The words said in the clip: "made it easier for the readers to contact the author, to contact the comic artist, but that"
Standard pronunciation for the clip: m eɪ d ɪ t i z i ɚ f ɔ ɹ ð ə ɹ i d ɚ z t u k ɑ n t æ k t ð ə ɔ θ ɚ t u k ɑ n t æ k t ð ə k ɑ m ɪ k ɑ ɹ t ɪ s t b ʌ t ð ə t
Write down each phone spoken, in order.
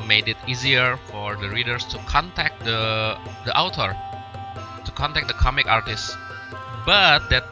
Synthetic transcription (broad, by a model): m eɪ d ɪ t i z i ɚ f ɔ ɹ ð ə ɹ i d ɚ s t u k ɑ n t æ k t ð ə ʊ t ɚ t u k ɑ n t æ k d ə k ɑ m ɪ k ɑ ɹ t ɪ s t b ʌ t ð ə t